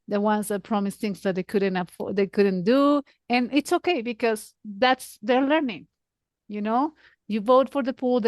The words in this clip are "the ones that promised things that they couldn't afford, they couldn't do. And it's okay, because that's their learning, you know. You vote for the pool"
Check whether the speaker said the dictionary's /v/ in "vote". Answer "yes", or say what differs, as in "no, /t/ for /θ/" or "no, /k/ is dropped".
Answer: yes